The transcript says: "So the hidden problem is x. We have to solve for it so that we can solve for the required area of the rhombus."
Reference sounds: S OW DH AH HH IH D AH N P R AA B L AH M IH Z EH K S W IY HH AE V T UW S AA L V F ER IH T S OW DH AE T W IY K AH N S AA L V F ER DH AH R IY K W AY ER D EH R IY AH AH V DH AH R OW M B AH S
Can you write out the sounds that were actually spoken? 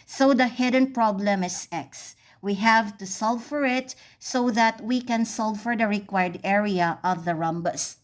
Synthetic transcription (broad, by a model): S OW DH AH HH IH D AH N P R AA B L AH M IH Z EH K S W IY HH AE V T UW S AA L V F ER IH T S OW DH AE T W IY K AH N S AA L F ER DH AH R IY K W AY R D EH R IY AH AH V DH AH R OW M B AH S